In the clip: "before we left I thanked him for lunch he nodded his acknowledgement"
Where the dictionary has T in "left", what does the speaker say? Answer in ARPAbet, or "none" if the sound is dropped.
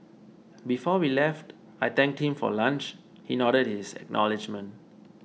T